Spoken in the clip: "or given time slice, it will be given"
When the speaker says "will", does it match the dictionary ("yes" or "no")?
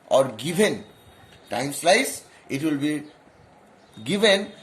yes